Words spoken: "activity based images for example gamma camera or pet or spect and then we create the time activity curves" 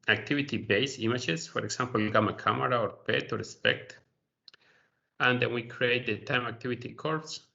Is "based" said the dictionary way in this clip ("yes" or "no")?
no